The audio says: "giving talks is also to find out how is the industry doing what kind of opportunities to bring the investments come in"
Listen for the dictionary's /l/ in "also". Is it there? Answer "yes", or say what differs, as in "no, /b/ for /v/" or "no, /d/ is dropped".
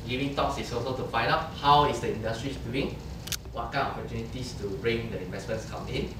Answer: no, /l/ is dropped